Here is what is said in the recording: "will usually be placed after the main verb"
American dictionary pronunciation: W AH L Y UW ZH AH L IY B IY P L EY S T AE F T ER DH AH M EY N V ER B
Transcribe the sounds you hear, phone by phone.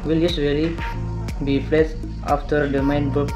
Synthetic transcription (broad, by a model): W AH L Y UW S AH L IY B IY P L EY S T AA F T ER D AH M EY N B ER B